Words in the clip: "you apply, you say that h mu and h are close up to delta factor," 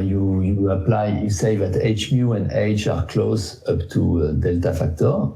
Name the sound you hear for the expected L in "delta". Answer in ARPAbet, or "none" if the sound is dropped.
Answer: L